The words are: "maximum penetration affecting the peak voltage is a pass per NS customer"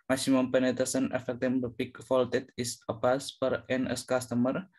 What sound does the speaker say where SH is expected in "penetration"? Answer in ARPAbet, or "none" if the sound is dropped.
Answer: S